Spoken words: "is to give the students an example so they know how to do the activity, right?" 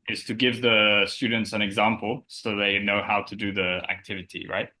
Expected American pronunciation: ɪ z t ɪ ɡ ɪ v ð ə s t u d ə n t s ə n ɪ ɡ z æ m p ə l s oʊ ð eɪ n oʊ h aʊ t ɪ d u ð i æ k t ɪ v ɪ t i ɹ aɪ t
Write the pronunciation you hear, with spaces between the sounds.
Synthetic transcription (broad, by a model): ɪ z t ɪ ɡ ɪ v ð ə s t u d n t s ə n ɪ ɡ z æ m p l s oʊ ð eɪ n oʊ h aʊ t ɪ d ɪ ð i æ k t ɪ v ɪ t i ɹ aɪ t